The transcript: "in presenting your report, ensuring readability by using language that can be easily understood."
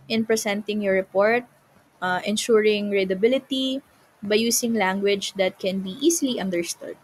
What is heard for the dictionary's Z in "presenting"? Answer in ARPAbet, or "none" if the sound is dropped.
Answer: S